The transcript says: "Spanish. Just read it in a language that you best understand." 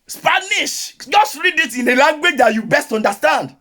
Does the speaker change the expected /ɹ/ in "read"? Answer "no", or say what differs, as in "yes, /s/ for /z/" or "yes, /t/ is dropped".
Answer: no